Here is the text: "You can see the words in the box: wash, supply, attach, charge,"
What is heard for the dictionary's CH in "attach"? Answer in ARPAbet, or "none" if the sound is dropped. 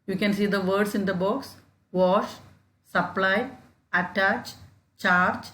CH